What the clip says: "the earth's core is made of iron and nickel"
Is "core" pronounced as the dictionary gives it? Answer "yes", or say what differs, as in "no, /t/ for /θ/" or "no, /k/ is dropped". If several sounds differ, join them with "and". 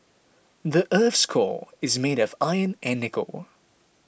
no, /l/ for /ɹ/